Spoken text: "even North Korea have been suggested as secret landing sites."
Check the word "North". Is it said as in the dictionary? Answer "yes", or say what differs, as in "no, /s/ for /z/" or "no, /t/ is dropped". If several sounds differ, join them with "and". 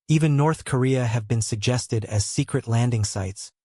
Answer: yes